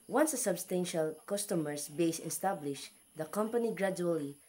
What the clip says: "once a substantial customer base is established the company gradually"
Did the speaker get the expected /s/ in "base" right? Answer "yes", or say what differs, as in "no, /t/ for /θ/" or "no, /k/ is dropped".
no, /s/ is dropped